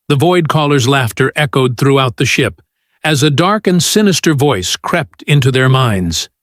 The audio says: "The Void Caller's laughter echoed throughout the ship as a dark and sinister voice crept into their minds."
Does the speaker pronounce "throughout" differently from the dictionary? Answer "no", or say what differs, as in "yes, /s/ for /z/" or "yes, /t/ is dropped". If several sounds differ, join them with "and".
no